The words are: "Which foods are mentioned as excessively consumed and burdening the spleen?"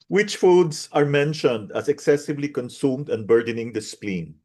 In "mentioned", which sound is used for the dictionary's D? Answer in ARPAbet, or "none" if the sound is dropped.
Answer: D